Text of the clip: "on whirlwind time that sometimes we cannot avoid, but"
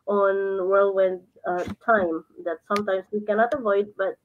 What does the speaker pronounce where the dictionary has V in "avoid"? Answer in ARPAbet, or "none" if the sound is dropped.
V